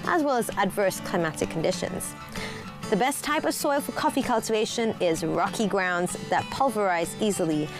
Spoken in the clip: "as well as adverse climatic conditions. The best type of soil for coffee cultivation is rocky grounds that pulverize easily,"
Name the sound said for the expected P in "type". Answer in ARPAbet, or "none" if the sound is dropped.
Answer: P